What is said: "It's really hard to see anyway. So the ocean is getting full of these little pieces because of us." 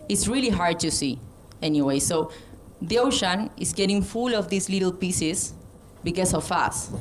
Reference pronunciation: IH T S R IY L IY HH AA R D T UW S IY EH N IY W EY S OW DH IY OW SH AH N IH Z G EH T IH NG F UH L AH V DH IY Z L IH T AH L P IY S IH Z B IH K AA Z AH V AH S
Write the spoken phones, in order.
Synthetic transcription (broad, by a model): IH T S R IY L IY HH AA R D T UW S IY EH N IY W EY S OW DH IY OW SH AH N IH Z G EH T IH NG F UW L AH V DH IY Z L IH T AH L P IY S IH S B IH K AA S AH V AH S